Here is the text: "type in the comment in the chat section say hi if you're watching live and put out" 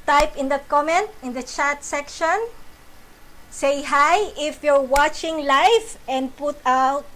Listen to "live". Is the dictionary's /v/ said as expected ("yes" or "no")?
no